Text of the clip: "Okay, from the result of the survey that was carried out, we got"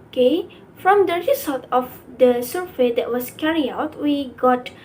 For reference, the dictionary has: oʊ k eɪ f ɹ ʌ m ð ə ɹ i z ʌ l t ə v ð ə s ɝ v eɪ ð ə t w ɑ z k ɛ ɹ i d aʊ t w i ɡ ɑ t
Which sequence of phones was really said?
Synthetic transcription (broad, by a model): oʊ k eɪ f ɹ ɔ m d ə ɹ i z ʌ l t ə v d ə s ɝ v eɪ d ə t w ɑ s k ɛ ɹ i aʊ t w i ɡ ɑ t